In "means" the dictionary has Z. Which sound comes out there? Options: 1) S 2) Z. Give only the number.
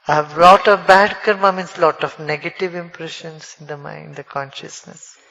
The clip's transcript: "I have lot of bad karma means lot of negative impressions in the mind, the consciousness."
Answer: 1